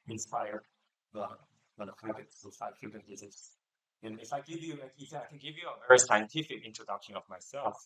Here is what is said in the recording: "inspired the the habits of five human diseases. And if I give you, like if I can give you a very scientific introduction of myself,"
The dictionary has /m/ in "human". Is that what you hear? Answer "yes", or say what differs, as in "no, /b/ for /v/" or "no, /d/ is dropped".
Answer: no, /m/ is dropped